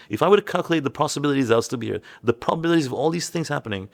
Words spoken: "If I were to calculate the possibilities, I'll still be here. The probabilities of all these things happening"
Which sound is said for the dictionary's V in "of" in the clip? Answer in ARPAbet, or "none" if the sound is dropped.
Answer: V